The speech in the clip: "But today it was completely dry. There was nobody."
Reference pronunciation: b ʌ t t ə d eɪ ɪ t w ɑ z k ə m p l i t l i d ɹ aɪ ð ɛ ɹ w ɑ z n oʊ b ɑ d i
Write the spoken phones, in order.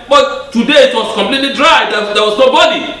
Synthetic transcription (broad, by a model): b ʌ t t ə d eɪ ɪ t w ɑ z k ə m p l i t l i d ɹ aɪ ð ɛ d w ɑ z n oʊ b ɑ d i